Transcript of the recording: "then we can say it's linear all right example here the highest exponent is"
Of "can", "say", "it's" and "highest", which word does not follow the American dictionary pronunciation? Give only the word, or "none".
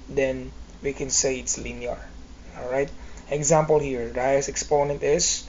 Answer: highest